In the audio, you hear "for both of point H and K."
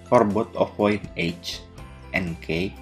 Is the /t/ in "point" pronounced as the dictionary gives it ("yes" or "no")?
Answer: no